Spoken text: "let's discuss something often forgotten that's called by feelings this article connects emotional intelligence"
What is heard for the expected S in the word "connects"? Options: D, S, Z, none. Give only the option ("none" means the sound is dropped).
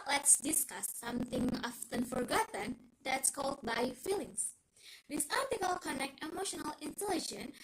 none